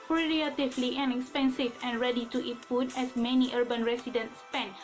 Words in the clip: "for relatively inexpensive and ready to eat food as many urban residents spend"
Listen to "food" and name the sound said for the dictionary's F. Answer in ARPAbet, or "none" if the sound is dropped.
P